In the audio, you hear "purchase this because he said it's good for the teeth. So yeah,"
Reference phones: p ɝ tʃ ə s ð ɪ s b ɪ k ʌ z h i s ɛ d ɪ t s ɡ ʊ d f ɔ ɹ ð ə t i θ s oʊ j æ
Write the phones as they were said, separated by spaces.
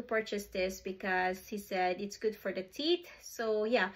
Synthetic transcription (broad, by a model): p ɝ tʃ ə s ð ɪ s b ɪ k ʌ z h i s ɛ d ɪ t s ɡ ʊ d f ɔ ɹ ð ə t i t s oʊ j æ